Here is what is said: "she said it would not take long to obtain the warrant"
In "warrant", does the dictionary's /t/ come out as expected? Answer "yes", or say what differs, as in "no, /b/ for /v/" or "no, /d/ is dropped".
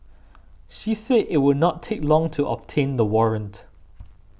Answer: yes